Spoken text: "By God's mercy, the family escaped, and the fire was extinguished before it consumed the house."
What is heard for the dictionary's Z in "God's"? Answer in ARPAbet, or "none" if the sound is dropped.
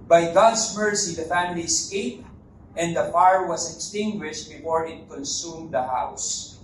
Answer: S